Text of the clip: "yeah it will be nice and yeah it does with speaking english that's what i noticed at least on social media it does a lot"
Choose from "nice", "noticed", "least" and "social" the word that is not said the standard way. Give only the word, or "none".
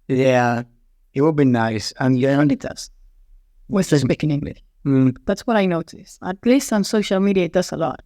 none